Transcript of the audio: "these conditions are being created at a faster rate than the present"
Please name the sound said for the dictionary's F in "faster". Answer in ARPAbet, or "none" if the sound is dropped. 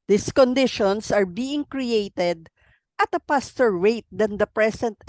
P